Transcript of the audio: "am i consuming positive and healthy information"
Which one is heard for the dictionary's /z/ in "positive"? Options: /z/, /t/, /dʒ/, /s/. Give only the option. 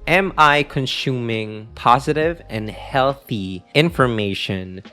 /z/